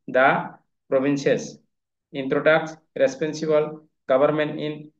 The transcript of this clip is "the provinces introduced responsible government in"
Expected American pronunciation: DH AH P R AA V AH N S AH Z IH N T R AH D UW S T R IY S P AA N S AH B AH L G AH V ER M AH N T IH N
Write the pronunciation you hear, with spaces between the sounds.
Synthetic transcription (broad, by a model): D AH P R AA B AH N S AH S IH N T R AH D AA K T R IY S P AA N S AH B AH L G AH B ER M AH N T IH N